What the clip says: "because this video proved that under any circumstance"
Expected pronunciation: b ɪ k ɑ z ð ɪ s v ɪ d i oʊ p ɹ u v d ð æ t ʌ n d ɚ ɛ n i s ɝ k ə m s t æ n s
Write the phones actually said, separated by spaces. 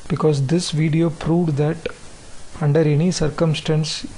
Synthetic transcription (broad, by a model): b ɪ k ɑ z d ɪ s v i d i oʊ p ɹ u v d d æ t ʌ n d ɚ ɛ n i s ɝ k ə m s t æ n s